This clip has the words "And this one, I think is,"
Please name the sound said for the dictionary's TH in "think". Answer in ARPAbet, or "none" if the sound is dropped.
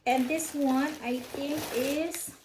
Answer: T